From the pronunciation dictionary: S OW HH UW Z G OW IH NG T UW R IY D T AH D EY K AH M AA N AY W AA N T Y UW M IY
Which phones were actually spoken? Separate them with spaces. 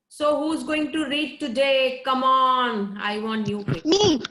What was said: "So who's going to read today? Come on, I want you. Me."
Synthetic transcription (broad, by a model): S OW HH UW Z G OW IH NG T UW R IY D T AH D EY K AH M AA N AY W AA N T Y UW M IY